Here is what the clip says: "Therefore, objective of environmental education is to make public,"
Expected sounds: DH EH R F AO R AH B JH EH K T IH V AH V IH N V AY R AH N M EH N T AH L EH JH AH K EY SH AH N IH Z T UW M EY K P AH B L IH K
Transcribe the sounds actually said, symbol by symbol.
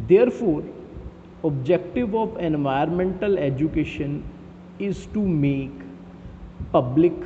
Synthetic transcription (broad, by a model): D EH R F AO R AH B JH EH K T IH V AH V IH N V AY AH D M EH N T AH L EH JH AH K EY SH AH N IH Z T UW M EY K P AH B L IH K